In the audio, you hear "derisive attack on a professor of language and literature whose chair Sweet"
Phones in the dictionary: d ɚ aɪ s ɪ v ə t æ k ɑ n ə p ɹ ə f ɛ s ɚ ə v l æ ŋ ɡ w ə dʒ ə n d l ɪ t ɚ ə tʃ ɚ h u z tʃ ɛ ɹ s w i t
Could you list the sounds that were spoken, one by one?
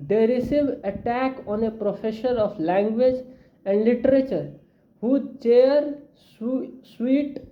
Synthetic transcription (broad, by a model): d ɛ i s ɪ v ə t æ k ɑ n ə p ɹ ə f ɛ ʃ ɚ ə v l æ ŋ ɡ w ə dʒ ə n d l ɪ t ɚ ə tʃ ɚ h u tʃ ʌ ɹ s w i t